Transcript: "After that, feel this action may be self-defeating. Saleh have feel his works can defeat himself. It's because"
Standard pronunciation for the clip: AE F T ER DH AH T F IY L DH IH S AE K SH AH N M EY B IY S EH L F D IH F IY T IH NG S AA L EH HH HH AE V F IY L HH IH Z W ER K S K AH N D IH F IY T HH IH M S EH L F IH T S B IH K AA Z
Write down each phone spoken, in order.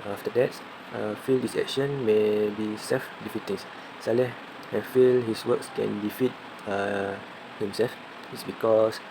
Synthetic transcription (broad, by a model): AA F T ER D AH T F IY L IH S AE K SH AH N M EY B IY S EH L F D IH F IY T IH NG S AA L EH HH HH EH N F IY L HH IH S W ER K S K AH N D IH F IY T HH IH M S EH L F IH T S B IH K AA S